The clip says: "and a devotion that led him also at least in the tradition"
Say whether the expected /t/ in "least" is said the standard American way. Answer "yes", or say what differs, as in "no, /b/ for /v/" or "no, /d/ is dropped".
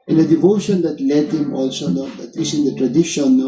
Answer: no, /t/ is dropped